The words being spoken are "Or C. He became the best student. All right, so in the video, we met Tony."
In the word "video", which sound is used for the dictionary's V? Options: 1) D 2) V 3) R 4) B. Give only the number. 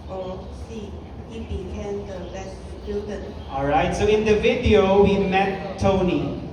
2